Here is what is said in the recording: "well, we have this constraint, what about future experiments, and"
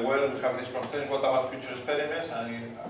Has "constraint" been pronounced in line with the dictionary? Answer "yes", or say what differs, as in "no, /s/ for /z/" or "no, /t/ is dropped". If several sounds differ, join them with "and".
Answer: no, /n/ is dropped and /ɹ/ is dropped